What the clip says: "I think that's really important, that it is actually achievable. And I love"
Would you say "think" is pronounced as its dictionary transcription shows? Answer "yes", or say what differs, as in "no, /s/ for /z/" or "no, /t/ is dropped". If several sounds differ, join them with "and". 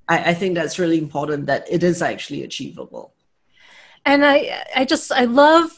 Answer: yes